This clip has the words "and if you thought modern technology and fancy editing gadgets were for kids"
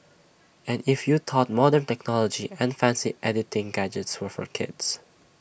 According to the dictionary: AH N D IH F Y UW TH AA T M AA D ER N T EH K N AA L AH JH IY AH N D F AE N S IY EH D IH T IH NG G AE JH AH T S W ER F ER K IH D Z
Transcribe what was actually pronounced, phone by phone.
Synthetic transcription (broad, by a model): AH N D IH F Y UW T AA T M AA D ER N T EH K N AA L AH JH IY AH N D F AE N S IY EH D IH T IH NG G AE JH AH T S W ER F ER K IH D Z